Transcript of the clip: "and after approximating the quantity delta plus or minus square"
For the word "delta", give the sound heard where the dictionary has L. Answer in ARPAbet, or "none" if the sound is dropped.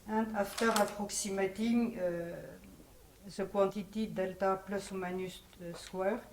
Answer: L